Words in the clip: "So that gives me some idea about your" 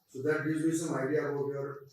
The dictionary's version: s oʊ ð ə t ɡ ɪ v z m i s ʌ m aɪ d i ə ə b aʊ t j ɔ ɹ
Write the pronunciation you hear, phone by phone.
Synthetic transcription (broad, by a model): s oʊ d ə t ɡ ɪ z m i s ʌ m aɪ d i ə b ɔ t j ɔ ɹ